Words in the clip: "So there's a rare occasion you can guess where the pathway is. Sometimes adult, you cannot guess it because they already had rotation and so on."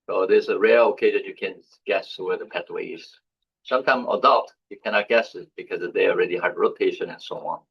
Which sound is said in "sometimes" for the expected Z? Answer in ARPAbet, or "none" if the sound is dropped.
none